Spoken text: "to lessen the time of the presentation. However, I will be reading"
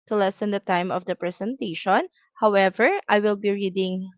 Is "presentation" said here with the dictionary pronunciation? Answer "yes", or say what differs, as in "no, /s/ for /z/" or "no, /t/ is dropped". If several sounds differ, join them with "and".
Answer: no, /s/ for /z/